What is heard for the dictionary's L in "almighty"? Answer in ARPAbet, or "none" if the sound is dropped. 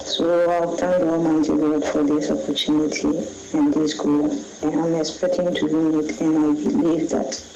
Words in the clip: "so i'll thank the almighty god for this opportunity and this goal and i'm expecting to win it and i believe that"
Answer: none